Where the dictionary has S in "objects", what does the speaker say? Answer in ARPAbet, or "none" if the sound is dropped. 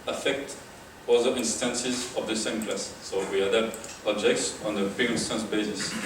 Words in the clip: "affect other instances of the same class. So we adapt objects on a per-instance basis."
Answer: S